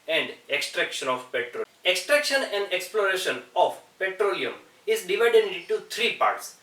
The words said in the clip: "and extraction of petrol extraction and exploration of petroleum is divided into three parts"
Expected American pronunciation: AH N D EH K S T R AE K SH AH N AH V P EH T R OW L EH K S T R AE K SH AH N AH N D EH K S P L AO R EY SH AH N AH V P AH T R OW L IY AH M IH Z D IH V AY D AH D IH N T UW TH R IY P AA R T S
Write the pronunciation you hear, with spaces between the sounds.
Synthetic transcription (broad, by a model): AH N D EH K S T R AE K SH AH N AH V P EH T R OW EH K S T R AE K SH AH N AH N D EH K S P L AO R EY SH AH N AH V P AH T R OW L IY AH M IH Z D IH V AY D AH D IH N T UW T R IY P AA R T S